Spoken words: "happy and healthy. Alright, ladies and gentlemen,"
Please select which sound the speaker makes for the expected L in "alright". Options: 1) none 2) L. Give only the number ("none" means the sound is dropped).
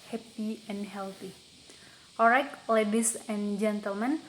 1